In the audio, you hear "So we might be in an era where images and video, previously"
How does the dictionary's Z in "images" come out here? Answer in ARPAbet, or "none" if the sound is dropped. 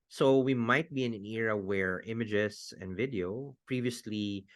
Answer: S